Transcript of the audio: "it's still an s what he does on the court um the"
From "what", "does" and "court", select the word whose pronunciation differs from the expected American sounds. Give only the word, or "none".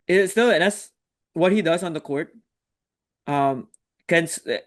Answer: none